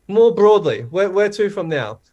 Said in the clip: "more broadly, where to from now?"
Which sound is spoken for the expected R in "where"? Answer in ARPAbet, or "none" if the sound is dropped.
W